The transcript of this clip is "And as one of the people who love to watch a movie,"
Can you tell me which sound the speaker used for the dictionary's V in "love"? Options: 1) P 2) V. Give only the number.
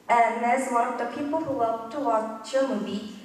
1